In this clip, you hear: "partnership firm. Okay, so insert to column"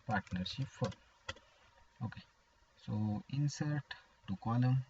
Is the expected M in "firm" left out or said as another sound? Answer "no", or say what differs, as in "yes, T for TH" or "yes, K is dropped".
yes, M is dropped